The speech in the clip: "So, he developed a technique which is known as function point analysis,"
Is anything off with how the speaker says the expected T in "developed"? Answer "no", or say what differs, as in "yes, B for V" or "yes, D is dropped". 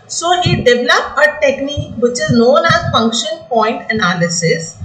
yes, T is dropped